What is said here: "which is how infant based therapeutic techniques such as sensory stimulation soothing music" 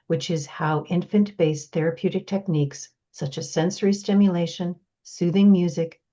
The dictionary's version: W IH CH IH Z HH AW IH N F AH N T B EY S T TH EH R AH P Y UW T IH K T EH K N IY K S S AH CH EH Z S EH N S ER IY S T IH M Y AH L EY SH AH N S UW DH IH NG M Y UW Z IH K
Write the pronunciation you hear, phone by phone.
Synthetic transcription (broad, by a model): W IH CH IH Z HH AW IH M F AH N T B EY S TH EH R AH P Y UW T IH K T EH K N IY K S S AH CH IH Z S EH N S ER IY S T IH M Y AH L EY SH AH N S UW DH IH NG M Y UW Z IH K